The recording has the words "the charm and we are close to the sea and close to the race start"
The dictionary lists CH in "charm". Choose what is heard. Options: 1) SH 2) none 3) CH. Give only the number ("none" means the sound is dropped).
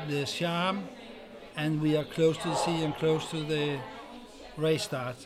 1